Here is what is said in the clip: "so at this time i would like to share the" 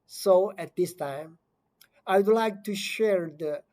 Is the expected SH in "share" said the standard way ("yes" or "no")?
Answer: yes